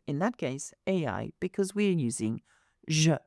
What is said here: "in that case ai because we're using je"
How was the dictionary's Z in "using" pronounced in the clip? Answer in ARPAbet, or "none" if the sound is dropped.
Z